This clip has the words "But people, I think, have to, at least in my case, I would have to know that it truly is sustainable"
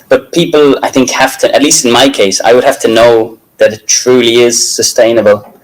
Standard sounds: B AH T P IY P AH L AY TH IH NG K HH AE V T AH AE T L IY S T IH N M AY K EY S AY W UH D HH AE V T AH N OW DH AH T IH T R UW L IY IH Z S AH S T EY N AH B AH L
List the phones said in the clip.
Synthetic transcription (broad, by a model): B AH T P IY P AH L AY TH IH NG K HH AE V T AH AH T L IY S T IH N M AY K EY S AY W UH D HH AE F T AH N OW DH AH T IH T R UW L IY IH Z S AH S T EY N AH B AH L